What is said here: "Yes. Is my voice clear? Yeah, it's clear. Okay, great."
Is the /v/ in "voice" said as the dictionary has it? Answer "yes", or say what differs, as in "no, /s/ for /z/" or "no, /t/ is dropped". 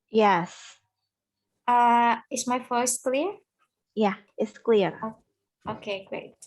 no, /f/ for /v/